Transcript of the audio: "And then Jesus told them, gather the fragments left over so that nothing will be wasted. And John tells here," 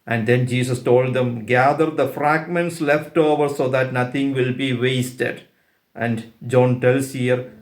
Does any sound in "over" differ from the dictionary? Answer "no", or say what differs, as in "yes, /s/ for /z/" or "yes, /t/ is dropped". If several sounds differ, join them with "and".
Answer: no